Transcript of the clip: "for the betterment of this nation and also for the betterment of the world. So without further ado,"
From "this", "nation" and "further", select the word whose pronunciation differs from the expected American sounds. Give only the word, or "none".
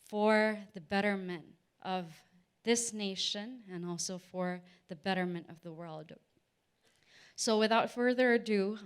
none